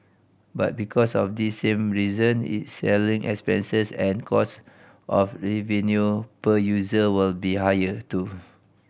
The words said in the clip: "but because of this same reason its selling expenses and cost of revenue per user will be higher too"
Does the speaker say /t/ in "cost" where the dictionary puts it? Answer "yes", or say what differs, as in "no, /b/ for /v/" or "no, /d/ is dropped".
yes